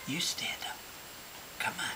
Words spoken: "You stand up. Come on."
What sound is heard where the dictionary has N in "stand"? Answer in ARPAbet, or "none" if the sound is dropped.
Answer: none